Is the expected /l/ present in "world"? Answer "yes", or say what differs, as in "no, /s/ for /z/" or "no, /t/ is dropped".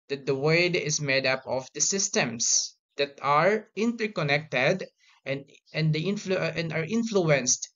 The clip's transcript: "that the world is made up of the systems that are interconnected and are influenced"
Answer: no, /l/ is dropped